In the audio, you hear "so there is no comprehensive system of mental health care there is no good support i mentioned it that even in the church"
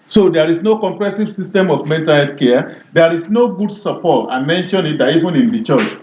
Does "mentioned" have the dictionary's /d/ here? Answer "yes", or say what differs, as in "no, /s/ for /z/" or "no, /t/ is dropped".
no, /d/ is dropped